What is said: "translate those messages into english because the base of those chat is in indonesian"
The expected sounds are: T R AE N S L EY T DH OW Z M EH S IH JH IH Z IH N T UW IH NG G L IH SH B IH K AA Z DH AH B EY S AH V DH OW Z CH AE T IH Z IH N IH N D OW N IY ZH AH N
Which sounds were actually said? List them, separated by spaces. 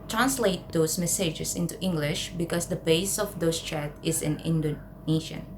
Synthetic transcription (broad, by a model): T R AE N S L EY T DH OW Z M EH S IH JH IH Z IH N T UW IH NG G L IH SH B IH K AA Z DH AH B EY S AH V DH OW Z CH AE T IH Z IH N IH N D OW N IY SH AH N